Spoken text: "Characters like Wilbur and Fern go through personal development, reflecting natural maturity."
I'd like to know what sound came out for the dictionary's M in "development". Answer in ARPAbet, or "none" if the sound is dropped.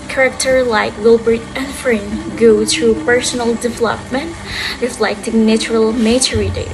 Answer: M